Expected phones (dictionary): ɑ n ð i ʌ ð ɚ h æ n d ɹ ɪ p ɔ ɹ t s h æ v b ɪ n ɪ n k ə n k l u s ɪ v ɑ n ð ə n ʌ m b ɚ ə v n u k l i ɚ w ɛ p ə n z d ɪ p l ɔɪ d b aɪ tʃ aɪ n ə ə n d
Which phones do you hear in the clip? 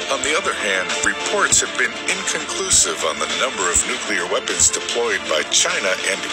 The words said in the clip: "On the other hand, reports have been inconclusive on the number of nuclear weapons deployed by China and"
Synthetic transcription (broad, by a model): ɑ n ð i ʌ ð ɚ h æ n d ɹ ɪ p ɔ ɹ t s h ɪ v b ɪ n ɪ n k ə n k l u s ɪ v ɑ n ð ə n ʌ m b ɚ ə v n u k l i ɚ w ɛ p ə n z d ɪ p l ɔɪ d b aɪ tʃ aɪ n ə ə n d